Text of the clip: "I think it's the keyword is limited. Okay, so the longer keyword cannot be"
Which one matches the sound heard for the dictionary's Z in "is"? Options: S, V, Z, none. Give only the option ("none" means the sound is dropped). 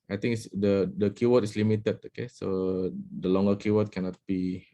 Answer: S